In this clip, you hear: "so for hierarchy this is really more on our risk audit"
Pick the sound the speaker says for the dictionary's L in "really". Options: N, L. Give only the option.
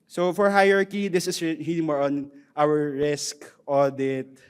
N